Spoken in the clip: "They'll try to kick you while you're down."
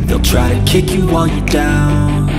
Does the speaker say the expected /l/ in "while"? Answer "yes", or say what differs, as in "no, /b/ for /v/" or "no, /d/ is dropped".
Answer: no, /n/ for /l/